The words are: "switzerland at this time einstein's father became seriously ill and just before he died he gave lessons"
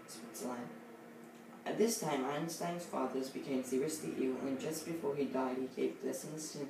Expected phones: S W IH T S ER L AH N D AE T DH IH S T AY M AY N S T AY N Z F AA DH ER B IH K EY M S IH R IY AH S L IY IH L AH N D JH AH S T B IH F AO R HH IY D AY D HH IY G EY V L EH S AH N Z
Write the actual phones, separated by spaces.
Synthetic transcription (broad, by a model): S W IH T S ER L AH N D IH T DH IH S T AY M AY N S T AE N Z F AA DH ER B IH K EY M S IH R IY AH S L IY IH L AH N JH AH S B IH F AO R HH IY D AY D HH IY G EY V L EH S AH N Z